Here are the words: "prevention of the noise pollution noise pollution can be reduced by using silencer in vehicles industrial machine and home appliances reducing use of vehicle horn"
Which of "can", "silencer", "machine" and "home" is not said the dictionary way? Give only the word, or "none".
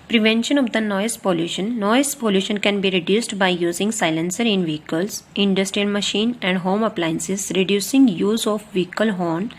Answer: none